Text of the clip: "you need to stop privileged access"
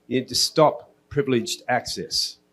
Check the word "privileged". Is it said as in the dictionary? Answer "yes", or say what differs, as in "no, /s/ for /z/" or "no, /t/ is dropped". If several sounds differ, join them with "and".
yes